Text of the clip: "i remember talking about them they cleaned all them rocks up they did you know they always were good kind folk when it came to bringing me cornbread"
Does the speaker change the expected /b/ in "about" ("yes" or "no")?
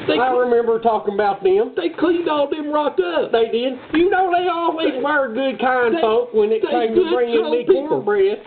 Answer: no